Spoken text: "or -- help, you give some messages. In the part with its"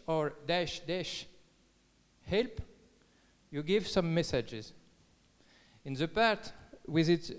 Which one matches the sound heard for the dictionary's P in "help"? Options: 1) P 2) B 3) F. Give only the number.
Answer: 1